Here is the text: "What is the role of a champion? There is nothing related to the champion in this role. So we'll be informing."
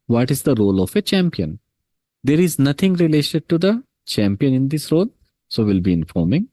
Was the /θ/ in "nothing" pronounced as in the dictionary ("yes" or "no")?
no